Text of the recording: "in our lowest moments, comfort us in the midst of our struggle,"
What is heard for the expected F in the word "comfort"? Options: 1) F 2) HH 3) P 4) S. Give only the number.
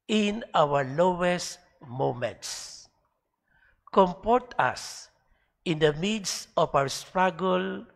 3